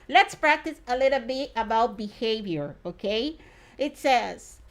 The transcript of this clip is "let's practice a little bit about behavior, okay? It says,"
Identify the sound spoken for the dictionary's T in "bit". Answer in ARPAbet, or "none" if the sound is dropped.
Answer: T